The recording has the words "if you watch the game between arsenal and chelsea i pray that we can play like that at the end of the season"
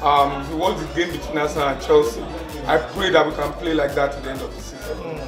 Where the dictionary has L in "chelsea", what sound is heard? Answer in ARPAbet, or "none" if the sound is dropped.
L